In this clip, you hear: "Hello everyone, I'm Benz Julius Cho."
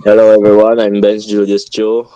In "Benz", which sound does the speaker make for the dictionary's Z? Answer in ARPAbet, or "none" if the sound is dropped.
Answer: S